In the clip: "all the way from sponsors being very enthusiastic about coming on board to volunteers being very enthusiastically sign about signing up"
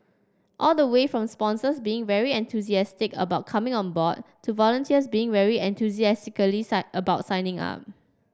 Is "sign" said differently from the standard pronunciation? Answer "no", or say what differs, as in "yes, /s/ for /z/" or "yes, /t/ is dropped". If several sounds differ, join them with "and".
yes, /n/ is dropped